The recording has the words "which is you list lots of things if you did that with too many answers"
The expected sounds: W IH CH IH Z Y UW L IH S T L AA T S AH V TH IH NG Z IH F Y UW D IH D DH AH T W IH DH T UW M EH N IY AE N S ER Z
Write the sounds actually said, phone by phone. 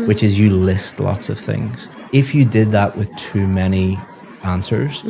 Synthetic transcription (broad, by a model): W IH CH IH Z Y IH L IH S T L AA T S AH V TH IH NG Z IH F Y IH D IH D DH AH T W IH DH T UW M EH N IY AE N S ER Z